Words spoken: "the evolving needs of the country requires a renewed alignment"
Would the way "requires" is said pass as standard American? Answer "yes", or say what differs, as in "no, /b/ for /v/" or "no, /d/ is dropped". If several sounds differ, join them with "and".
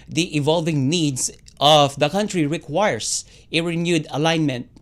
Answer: no, /s/ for /z/